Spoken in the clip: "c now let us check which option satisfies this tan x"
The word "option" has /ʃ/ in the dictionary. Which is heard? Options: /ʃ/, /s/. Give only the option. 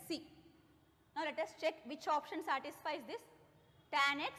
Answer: /ʃ/